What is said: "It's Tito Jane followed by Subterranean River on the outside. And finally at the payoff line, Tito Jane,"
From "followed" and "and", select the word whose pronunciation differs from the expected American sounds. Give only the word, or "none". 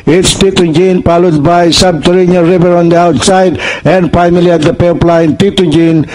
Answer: followed